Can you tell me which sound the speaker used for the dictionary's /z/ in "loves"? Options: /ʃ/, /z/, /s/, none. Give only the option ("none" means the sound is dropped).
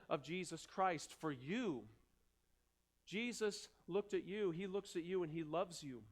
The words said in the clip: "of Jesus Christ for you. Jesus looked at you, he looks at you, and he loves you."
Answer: /z/